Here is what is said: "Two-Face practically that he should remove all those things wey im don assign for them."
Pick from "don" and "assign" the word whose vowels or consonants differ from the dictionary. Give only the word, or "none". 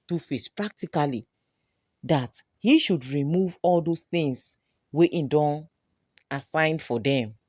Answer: none